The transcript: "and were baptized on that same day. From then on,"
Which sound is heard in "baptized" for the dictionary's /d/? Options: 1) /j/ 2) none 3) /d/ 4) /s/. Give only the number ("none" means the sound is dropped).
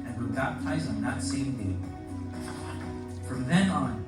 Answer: 2